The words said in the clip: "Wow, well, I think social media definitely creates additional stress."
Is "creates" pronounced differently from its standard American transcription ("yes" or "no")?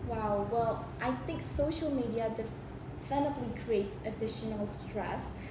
no